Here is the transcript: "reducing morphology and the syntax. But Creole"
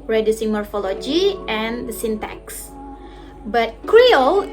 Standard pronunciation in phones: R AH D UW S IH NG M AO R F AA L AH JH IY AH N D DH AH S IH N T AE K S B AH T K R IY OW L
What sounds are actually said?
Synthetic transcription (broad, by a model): R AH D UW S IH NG M AO R F AA L AH JH IY AH N D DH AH S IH N T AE K S B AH T K R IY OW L